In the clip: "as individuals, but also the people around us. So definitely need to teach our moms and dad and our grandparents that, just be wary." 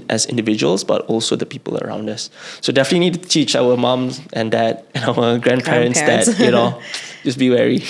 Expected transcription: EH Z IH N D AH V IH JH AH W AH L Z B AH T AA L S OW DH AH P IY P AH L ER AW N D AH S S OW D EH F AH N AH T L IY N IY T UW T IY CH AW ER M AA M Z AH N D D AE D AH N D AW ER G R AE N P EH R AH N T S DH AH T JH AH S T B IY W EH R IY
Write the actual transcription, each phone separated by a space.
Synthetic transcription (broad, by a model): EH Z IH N D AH V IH JH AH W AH L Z B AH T AA L S OW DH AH P IY P AH L ER AW N D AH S S OW D EH F AH N AH T L IY N IY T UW T IY CH AW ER M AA M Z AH N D D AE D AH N AW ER G R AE N P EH R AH N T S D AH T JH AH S B IY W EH R IY